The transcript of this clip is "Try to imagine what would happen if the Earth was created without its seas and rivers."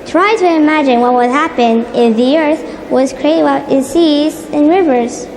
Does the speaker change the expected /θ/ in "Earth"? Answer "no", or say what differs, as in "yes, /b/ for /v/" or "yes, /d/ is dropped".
no